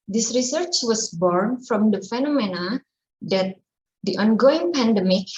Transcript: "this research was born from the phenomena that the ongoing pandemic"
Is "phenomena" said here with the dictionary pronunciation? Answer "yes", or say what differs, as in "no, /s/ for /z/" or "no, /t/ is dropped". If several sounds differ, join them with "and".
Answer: yes